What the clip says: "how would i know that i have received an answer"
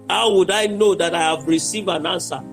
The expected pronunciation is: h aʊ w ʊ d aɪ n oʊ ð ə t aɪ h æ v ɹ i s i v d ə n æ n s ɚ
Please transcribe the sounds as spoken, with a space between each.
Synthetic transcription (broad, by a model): h aʊ w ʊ d aɪ n oʊ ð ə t aɪ h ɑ v ɹ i s i v ə n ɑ n s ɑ